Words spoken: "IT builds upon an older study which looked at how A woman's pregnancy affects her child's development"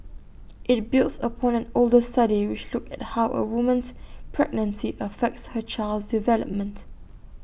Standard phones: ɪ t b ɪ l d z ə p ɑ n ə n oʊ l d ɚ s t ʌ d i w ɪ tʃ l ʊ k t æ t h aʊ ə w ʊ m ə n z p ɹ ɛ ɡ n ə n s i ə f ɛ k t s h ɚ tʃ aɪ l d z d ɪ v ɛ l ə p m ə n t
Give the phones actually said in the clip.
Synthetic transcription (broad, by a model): ɪ t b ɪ l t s ə p ɑ n ə n oʊ l d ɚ s t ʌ d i w ɪ tʃ l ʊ k æ t h aʊ ə w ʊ m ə n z p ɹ ɛ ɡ n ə n s i ə f ɛ k t s h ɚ tʃ aɪ l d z d ɪ v ɛ l ə p m ə n t